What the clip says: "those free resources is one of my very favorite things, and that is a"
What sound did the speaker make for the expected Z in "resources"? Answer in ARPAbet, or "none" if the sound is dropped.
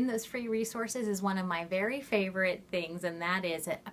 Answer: Z